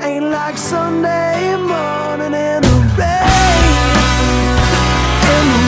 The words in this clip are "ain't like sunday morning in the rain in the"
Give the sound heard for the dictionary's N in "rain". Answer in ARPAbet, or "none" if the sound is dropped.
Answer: none